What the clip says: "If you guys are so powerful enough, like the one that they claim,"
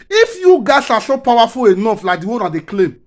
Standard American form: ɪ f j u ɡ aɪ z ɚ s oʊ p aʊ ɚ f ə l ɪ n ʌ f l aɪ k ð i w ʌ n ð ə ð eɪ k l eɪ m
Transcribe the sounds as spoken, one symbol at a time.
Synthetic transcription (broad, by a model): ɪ f j u ɡ aɪ s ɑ s oʊ p aʊ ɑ f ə l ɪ n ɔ f l aɪ k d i w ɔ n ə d eɪ k l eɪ m